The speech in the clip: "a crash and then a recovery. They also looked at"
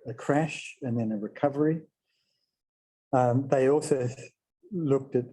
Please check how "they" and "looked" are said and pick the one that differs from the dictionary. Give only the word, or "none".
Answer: none